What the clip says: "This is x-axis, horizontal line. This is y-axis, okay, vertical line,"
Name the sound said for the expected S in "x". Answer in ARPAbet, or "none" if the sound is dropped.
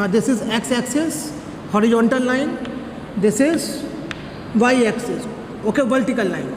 S